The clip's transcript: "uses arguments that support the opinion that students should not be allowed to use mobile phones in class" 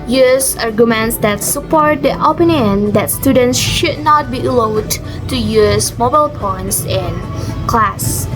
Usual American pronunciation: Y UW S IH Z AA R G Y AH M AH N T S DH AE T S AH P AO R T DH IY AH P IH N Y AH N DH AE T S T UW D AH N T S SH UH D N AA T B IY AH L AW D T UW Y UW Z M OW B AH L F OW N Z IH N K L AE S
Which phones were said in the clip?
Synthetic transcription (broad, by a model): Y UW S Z AA R G Y AH M AH N T S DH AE T S AH P AO R T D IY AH P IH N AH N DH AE T S T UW D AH N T S SH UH D N AA T B IY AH L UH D T UW Y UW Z M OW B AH L P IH N S IH N K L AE S